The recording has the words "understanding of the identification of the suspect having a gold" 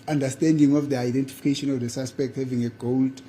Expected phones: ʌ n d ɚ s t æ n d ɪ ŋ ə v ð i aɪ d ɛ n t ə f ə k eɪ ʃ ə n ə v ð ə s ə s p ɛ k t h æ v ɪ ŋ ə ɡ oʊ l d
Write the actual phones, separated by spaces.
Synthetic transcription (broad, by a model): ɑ n d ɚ s t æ n d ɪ ŋ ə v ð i aɪ d ɛ n t ə f ə k eɪ ʃ ə n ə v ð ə s ə s p ɛ k t h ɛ v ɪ ŋ ə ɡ oʊ l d